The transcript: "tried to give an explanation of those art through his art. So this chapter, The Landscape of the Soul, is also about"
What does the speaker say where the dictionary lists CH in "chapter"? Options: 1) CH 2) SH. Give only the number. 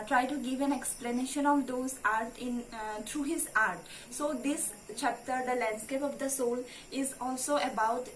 1